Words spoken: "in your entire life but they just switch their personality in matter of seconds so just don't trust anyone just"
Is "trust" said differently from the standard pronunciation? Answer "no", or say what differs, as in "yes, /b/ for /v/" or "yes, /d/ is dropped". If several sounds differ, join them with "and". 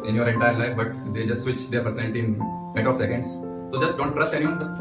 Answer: no